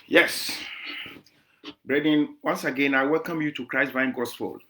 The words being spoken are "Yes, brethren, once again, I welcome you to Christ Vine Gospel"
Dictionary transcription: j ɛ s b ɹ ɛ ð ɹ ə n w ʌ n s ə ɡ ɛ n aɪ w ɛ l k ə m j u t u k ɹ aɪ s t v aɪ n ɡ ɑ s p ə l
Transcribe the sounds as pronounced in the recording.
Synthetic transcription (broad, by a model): j ɛ s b ɹ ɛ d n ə n w ʌ n s ə ɡ ɛ n aɪ w ɛ l k ə m j u t u k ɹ aɪ s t v aɪ n ɡ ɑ s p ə l